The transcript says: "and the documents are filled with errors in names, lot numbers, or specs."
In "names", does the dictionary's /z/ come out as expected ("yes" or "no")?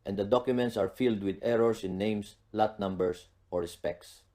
no